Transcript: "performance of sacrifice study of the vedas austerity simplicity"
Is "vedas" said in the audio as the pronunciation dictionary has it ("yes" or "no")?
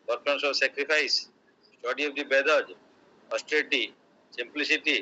no